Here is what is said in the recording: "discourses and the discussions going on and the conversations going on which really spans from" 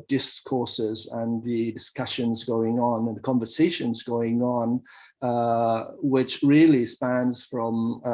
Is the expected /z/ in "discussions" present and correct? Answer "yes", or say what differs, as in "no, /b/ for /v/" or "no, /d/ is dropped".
yes